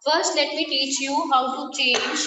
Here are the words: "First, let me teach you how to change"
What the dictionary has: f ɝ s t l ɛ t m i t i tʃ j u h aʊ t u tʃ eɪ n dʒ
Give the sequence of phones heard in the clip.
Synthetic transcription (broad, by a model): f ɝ s t l ɛ t m i t i tʃ j u h aʊ s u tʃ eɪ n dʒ